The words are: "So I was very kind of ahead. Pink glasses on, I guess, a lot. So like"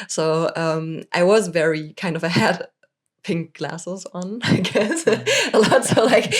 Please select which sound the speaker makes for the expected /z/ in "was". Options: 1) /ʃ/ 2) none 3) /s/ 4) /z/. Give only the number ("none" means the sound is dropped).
4